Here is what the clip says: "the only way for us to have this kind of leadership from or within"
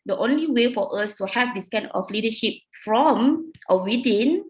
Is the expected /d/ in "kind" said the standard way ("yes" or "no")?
no